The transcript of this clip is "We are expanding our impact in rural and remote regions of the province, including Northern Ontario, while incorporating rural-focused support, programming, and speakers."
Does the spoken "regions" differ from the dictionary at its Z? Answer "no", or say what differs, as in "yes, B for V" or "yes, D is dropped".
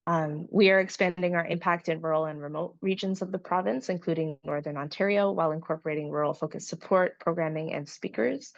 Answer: no